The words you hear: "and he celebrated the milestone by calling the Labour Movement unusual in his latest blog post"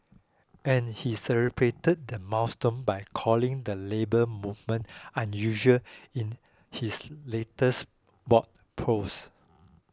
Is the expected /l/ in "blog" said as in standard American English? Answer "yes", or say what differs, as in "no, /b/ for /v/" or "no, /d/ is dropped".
no, /l/ is dropped